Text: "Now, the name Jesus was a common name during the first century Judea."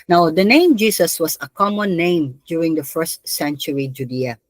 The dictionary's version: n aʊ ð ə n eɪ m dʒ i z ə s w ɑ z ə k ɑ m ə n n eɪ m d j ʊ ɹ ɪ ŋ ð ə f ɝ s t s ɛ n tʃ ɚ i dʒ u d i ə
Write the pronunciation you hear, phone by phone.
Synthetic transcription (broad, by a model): n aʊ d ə n eɪ m dʒ i s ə s w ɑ s ə k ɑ m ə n n eɪ m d j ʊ ɹ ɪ ŋ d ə f ɝ s t s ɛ n tʃ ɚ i dʒ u d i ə